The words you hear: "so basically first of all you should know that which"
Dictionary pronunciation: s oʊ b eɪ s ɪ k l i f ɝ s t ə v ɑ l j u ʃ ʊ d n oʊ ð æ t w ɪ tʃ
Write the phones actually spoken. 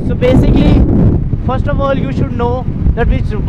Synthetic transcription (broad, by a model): s oʊ b eɪ s ɪ k l i f ɝ s t ə v ɑ l j u ʃ ʊ d n oʊ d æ t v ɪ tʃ